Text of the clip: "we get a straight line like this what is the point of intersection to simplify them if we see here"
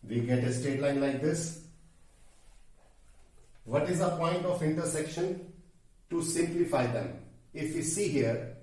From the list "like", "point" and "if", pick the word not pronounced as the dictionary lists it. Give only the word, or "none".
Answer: none